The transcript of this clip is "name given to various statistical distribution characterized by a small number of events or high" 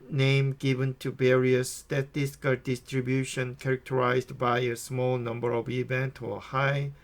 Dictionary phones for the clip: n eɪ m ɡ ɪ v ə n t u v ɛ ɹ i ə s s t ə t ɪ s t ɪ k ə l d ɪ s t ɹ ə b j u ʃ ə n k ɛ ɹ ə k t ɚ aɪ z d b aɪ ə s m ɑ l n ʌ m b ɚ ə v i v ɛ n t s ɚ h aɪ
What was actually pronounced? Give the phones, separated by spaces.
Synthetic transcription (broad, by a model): n eɪ m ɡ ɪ v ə n t u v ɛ ɹ i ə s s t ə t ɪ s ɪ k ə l d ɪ s t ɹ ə b j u ʃ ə n k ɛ ɹ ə k t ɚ aɪ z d b aɪ ə s m ɑ l n ʌ m b ɚ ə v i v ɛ n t ɚ h aɪ